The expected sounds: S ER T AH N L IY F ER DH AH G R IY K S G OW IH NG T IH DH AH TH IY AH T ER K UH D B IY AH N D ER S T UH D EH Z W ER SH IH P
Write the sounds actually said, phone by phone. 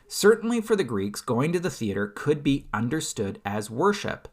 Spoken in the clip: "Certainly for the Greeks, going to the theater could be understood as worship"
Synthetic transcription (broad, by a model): S ER T N L IY F ER DH AH G R IY K S G OW IH NG T IH DH AH TH IY AH T ER K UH D B IY AH N D ER S T UH D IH Z W ER SH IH P